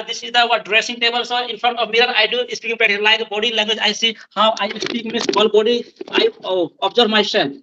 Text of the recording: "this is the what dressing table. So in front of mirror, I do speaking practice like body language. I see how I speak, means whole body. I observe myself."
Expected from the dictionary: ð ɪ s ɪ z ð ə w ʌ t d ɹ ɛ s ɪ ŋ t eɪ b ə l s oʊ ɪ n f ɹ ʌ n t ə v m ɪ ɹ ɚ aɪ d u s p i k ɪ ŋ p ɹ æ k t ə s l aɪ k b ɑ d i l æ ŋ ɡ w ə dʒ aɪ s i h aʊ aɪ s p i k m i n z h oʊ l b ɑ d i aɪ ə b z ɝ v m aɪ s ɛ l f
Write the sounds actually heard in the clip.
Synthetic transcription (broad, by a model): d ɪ s ɪ z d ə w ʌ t d ɹ ɛ s ɪ ŋ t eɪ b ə l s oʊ ɪ n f ɹ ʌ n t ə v m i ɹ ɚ aɪ d u s p i k ɪ ŋ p ɛ t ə l aɪ k b ɑ d i l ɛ ŋ ɡ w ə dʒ aɪ s i h aʊ aɪ s p i k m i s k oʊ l b ɑ d i aɪ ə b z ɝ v m aɪ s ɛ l